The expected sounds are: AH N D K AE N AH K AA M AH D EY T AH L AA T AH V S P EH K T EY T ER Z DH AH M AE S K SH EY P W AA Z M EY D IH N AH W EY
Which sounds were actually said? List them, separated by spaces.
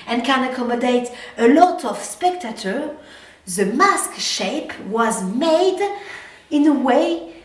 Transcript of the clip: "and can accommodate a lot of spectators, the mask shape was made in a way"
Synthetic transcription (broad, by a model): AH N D K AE N AH K AA M AH D EY T AH L AA T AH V S P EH K T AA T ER DH AH M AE S K SH EY P W AA Z M EY D IH N AH W EY